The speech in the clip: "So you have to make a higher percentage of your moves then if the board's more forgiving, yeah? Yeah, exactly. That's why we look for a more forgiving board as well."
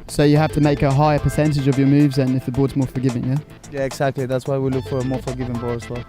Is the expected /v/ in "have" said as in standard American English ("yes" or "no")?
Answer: no